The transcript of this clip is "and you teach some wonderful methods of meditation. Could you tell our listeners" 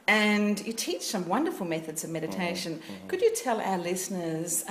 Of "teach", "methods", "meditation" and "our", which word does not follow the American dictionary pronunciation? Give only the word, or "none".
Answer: none